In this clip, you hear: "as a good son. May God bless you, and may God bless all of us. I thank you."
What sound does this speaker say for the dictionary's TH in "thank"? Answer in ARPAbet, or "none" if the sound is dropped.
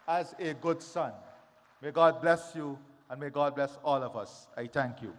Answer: T